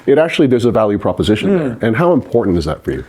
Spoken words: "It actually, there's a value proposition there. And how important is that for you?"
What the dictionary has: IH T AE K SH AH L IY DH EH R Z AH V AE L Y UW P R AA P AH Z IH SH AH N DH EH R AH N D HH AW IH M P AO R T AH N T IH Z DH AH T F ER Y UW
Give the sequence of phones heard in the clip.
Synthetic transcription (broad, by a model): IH T AE K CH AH L IY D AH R Z AH V AE L Y UW P R AA P AH Z IH SH AH N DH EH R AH N HH AW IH M P AO R T N T IH Z DH AH T F ER Y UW